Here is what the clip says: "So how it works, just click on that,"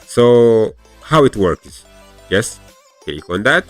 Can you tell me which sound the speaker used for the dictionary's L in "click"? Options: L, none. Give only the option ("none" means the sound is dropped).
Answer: none